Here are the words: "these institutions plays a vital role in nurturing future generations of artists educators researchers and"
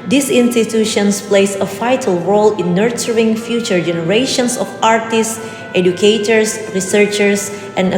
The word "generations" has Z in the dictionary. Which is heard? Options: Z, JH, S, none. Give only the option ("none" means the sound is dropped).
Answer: S